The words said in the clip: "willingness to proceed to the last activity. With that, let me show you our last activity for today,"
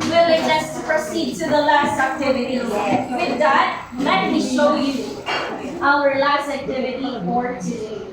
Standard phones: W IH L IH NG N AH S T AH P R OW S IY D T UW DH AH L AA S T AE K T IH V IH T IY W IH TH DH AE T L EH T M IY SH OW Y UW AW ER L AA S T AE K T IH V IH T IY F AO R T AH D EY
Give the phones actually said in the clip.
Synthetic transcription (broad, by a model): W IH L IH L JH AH S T P R OW S IY D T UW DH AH L AA S T AE K T IH V IH T IY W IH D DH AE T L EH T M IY SH OW Y UW AW ER L AA S T AE K T IH V IH T IY P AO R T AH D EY